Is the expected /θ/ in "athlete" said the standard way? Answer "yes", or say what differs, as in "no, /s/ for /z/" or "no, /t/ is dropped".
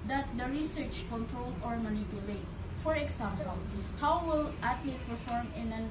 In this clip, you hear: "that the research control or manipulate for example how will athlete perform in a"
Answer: no, /t/ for /θ/